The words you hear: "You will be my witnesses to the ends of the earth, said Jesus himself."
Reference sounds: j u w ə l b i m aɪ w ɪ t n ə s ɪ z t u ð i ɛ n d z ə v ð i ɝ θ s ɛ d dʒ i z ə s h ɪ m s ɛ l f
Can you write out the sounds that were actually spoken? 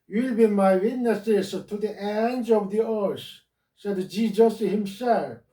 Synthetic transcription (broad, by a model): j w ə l b i m aɪ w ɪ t n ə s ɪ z t u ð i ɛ n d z ə v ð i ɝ s s ɛ d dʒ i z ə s h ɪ m s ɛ l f